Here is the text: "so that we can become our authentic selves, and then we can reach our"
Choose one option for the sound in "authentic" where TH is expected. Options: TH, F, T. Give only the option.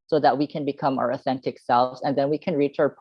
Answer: TH